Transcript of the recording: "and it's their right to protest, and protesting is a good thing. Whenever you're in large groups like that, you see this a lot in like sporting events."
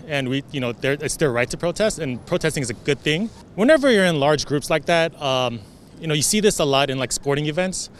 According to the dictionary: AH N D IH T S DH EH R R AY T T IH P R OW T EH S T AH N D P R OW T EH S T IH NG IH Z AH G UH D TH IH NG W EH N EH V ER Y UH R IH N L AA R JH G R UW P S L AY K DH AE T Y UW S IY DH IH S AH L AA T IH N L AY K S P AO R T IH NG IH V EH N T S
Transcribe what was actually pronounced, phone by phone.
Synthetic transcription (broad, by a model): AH N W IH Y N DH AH R R AY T T IH P R OW T EH S T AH N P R OW T EH S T IH NG IH Z AH G UH D TH IH NG W EH N EH V ER Y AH R IH N L AA R JH G R UW P S L AY K DH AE T Y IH S IY DH IH S AH L AA T IH N L AY K S P AO R T IH NG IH V EH N T S